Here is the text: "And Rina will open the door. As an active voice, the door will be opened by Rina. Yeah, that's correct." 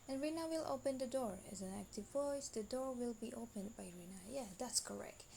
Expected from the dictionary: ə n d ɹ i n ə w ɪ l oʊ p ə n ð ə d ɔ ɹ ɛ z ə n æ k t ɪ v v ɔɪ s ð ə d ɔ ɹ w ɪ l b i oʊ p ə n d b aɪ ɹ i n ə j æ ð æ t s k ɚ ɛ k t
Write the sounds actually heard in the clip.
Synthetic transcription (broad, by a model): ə n ɹ i n ə w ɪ l oʊ p ə n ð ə d ɔ ɹ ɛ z ə n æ k t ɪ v v ɔɪ s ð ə d ɔ ɹ w ɪ l b i oʊ p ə n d b aɪ ɹ i n ə j æ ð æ t s k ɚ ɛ k t